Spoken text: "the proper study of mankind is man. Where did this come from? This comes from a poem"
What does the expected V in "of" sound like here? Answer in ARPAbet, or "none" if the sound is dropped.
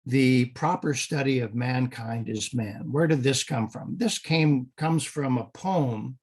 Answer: V